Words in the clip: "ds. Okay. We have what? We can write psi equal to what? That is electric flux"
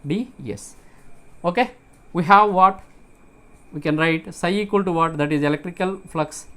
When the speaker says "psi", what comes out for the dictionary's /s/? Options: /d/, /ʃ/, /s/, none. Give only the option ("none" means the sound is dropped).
/s/